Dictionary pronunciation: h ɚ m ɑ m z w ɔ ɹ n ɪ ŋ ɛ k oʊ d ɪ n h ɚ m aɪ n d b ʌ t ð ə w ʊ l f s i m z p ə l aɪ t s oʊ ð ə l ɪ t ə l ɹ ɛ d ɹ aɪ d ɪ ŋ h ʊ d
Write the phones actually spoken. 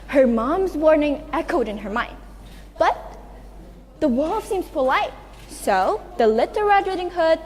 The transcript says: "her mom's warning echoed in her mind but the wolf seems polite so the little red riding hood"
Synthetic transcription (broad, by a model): h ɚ m ɑ m z w ɔ ɹ n ɪ ŋ ɛ k oʊ d ɪ n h ɚ m aɪ n d b ʌ t ð ə w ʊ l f s i m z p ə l aɪ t s oʊ ð ə l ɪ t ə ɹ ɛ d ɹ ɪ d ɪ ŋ h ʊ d